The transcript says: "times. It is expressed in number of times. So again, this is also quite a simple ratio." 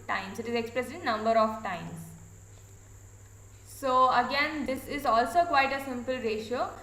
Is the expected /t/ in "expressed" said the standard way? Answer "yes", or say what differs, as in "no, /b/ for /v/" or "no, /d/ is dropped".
no, /t/ is dropped